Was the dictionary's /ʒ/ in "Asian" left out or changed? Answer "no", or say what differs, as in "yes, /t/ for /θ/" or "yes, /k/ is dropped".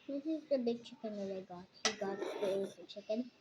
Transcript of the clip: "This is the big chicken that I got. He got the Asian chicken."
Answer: yes, /z/ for /ʒ/